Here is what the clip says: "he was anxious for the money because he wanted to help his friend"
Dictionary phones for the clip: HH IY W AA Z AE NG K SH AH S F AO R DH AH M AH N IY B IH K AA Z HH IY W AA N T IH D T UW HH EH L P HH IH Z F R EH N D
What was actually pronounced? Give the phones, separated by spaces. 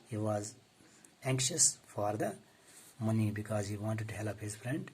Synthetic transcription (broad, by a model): HH IY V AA Z AE NG K SH AH S F AO R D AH M AH N IY B IH K AA Z HH IY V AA N T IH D T UW HH EH L P HH IH Z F R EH N D